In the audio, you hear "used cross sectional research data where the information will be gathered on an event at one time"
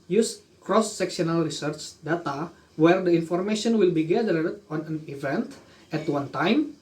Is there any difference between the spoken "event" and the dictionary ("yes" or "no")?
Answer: no